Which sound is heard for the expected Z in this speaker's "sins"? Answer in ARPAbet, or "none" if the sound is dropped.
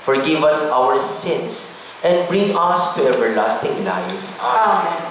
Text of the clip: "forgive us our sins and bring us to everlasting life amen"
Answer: S